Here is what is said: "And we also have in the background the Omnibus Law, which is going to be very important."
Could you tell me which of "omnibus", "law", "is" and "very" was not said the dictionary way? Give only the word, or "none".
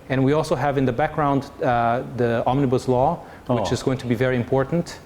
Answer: none